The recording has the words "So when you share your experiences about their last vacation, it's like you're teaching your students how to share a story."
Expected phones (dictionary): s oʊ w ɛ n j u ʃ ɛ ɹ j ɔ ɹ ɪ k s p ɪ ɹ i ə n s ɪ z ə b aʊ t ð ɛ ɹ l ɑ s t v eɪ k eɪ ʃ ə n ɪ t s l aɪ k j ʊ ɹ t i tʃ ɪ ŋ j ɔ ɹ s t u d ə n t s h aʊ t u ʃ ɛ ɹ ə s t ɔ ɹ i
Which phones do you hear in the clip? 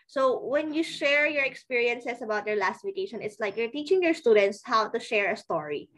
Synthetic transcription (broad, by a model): s oʊ w ɛ n j u ʃ ɛ ɹ j ɔ ɹ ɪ k s p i ɹ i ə n s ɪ s ə b aʊ t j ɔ ɹ l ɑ s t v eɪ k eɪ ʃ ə n ɪ t s l aɪ k j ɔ ɹ t i tʃ ɪ ŋ j ɔ ɹ s t u d ə n t s h aʊ t u ʃ ɛ ɹ ə s t ɔ ɹ i